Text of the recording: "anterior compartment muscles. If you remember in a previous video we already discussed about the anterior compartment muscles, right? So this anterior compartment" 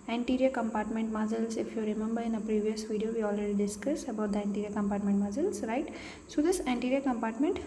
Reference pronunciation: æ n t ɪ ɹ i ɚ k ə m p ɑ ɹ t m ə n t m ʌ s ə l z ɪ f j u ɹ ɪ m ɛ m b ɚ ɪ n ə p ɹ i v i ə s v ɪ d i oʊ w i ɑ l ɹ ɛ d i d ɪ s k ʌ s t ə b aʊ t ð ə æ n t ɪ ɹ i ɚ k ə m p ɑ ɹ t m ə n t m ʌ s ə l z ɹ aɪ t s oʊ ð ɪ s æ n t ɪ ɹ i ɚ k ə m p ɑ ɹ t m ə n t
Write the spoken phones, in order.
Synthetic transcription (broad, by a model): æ n t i ɹ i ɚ k ə m p ɑ ɹ t m ə n t m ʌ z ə l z ɪ f j u ɹ ɪ m ɛ m b ɚ ɪ n ə p ɹ i v i ə s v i d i oʊ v i ɑ l ɹ ɛ d i d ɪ s k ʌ s ə b aʊ t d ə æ n t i ɹ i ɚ k ə m p ɑ ɹ t m ə n t m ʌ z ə l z ɹ aɪ t s oʊ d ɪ s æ n t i ɹ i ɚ k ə m p ɑ ɹ t m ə n t